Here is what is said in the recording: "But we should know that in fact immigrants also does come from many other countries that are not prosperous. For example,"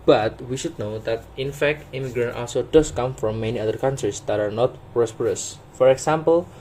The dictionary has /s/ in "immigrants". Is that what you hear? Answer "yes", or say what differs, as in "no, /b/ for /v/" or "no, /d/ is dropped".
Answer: no, /s/ is dropped